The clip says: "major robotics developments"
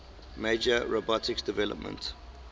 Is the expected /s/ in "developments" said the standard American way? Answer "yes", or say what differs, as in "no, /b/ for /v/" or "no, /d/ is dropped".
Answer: no, /s/ is dropped